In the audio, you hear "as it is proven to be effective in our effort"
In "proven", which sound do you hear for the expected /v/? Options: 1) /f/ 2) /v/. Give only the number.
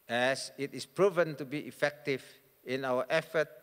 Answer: 2